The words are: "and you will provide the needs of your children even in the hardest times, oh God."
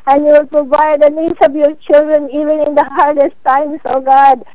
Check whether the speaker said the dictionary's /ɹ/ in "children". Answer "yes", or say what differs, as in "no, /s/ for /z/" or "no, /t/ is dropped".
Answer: yes